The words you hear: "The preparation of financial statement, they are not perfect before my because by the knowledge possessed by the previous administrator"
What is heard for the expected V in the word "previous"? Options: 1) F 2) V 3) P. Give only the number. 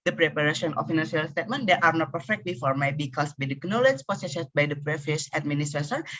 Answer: 1